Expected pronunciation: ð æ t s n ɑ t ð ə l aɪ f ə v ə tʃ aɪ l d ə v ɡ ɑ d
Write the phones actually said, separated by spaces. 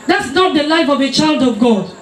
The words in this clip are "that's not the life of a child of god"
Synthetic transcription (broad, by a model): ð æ t s n ɑ t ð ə l aɪ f ə v ə tʃ aɪ l d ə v ɡ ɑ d